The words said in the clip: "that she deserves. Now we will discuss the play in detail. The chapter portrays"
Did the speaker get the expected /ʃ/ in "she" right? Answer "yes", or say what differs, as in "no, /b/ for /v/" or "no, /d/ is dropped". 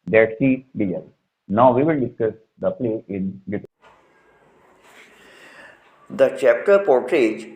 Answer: no, /s/ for /ʃ/